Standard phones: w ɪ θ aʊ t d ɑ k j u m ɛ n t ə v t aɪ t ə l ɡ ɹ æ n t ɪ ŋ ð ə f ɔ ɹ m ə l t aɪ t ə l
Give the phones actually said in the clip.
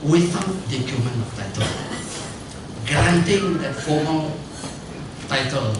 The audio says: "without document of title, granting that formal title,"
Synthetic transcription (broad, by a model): w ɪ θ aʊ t d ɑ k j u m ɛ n ə f t aɪ t ə l ɡ ɹ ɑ n t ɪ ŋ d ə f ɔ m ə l t aɪ t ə l